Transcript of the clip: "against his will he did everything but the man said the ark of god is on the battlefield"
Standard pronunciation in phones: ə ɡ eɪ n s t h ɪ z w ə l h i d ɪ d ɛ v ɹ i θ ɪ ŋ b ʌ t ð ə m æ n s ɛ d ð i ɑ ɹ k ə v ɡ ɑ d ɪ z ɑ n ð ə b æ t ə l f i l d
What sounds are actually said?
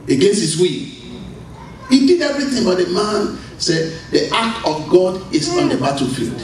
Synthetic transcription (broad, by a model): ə ɡ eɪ n s t h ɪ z w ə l h i d ɪ d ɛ v ɹ i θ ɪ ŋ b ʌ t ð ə m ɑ n s ɛ d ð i ɑ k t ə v ɡ ɑ d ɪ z ɑ n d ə b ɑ t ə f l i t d